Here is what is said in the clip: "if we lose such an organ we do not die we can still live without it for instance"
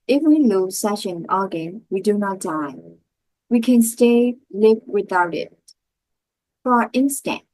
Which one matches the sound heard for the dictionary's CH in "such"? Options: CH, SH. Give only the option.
SH